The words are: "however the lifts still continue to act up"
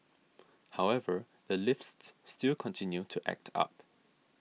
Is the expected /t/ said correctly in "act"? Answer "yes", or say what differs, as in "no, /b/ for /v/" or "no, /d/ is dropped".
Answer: yes